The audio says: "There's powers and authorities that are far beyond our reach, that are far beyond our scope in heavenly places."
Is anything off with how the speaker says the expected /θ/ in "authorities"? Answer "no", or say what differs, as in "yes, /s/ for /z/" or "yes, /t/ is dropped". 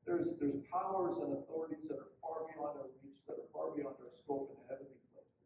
no